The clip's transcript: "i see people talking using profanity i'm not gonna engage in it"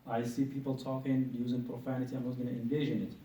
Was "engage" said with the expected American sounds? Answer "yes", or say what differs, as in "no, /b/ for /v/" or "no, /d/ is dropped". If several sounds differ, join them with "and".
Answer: no, /ʒ/ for /dʒ/